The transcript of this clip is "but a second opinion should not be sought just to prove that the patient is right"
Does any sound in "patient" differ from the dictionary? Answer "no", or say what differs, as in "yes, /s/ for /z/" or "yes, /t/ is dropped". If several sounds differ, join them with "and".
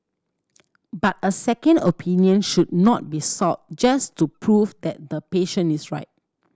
yes, /t/ is dropped